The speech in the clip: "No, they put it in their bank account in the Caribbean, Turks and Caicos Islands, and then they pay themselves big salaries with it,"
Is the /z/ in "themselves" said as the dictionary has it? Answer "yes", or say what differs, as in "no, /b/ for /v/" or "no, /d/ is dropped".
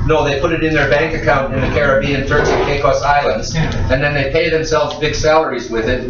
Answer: yes